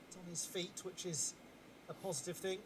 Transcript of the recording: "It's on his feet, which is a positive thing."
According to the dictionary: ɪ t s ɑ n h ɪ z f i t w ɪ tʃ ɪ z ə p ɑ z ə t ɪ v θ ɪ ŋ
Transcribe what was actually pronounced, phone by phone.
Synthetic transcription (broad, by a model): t n ɪ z f i t w ɪ tʃ ɪ z ə p ɑ z ə t ɪ v θ ɪ ŋ